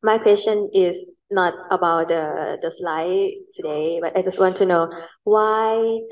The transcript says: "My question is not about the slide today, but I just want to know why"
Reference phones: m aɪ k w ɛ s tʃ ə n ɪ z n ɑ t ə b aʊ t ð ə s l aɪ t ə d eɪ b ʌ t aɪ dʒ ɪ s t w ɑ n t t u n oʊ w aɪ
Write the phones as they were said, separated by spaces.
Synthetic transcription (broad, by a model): m aɪ k w ɛ s tʃ ə n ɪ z n ɑ t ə b aʊ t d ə s l aɪ t ə d eɪ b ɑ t aɪ dʒ ɪ s t w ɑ n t t u n oʊ w aɪ